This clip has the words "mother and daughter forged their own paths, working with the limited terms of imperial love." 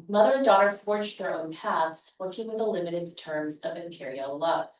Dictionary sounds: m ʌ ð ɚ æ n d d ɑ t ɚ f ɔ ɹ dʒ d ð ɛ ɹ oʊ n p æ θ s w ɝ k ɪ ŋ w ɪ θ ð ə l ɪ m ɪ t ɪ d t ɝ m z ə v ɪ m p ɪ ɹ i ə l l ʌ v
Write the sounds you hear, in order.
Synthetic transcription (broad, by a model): m ʌ ð ɚ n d d ɑ t ɚ f ɔ ɹ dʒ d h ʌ ɹ oʊ n p æ θ s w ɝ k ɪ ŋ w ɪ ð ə l ɪ m ɪ t ɪ d t ɝ m z ə v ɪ m p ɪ ɹ i l l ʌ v